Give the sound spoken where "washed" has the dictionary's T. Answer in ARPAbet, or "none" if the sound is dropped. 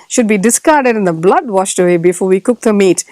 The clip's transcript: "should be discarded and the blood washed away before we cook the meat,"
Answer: T